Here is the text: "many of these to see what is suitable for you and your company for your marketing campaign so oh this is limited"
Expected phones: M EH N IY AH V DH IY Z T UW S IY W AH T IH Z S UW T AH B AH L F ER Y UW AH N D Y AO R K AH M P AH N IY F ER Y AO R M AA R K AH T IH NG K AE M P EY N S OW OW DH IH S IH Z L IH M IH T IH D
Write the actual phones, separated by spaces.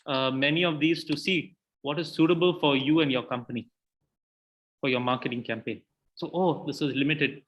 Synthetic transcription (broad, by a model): M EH N IY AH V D IY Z T UW S IY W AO T IH Z S UW T AH B AH L F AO Y UW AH N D Y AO K AH M P AH N IY F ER Y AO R M AA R K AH T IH NG K AE M P EY N S OW OW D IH S IH Z L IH M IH T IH D